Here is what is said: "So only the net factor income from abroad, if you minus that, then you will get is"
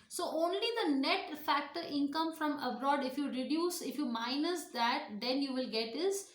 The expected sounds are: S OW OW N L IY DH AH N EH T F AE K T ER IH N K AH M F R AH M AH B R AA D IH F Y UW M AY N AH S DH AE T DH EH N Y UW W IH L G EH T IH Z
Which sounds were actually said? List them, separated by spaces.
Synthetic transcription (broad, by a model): S OW OW N L IY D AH N EH T F AE K T ER IH N K AH M F R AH M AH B R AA D IH F Y UW M AY N AH S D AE T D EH N Y UW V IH L G EH T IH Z